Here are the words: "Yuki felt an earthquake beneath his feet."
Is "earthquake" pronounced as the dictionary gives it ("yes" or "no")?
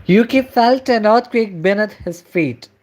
no